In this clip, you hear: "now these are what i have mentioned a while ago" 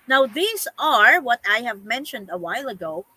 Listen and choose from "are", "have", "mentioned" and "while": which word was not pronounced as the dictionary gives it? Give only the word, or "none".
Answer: none